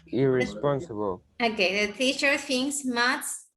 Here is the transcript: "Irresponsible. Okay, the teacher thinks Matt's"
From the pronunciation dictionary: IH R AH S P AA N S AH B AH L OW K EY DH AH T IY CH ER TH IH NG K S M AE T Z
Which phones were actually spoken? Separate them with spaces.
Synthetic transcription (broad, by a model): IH R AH S P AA N S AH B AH L OW K EY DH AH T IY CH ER F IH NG S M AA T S